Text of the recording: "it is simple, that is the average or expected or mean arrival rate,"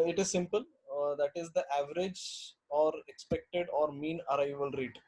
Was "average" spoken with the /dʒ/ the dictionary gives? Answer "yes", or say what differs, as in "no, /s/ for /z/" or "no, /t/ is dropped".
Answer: yes